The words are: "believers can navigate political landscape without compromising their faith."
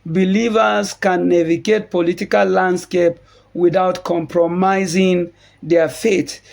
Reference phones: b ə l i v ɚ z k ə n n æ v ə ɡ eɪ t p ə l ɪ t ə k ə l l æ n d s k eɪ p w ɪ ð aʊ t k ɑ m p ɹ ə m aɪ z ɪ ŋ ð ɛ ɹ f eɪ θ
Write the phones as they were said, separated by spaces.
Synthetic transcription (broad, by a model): b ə l i v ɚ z k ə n n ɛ v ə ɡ eɪ t p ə l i t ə k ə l l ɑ n d s k eɪ p w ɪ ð aʊ t k ɑ m p ɹ ə m aɪ z ɪ ŋ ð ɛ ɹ f eɪ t